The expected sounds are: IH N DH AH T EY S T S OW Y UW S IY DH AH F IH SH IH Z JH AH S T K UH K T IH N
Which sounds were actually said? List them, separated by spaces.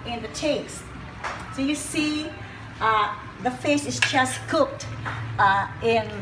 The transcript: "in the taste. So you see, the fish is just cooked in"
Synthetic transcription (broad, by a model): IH N DH AH T EY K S S OW Y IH S IY DH AH F IH S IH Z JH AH S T K UH K T IH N